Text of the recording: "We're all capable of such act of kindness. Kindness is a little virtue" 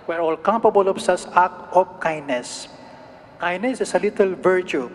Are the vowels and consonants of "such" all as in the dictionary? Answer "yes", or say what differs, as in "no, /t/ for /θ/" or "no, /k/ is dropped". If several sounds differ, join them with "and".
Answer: no, /s/ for /tʃ/